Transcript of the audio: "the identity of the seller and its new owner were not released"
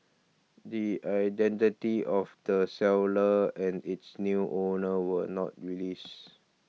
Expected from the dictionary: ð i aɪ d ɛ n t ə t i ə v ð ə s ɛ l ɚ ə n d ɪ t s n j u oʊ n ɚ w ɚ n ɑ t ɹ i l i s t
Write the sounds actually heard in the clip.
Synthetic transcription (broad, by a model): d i aɪ d ɛ n t ə t i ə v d ə s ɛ l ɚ ə n d ɪ t s n j u oʊ n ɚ w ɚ n ɑ t ɹ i l i s